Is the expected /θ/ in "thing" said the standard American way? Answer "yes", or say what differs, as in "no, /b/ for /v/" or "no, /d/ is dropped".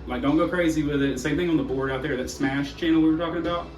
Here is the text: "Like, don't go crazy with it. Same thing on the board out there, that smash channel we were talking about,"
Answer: yes